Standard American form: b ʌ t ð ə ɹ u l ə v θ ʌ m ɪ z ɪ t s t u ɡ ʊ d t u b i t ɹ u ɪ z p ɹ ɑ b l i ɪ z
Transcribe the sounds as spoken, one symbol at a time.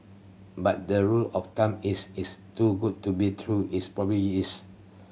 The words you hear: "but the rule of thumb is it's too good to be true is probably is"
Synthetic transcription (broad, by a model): b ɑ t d ə ɹ u l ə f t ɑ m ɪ s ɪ s t u ɡ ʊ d t u b i t ɹ u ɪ s p ɹ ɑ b i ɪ s